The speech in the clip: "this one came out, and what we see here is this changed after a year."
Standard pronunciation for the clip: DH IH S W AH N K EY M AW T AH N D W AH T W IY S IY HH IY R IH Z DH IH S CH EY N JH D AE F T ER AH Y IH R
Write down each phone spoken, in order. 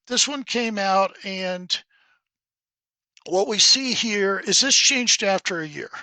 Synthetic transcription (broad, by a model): DH IH S W AH N K EY M AW T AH N W AH T W IY S IY HH IY R IH Z DH IH S CH EY N JH D AE F T ER AH Y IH R